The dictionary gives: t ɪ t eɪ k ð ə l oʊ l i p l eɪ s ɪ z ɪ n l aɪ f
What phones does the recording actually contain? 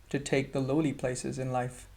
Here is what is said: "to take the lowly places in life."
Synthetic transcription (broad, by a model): t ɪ t eɪ k ð ə l oʊ l i p l eɪ s ɪ z ɪ n l aɪ f